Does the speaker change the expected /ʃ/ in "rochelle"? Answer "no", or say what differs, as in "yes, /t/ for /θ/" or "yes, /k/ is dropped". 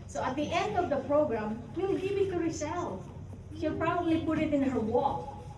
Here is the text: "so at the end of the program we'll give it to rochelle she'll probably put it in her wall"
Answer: yes, /s/ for /ʃ/